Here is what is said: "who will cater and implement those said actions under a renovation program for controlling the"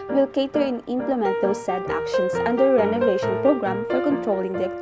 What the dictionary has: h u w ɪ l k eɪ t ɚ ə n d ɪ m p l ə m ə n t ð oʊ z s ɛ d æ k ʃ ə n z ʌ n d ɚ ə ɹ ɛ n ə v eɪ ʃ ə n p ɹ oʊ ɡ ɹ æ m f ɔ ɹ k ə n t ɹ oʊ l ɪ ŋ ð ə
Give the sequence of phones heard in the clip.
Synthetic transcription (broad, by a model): w ɪ l k eɪ t ɚ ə n ɪ m p l ə m ə n t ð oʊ s ɛ d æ k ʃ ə n s ʌ n d ɚ ɹ ɛ n ə v eɪ ʃ ə n p ɹ oʊ ɡ ɹ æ m f ɔ ɹ k ə n t ɹ oʊ l ɪ ŋ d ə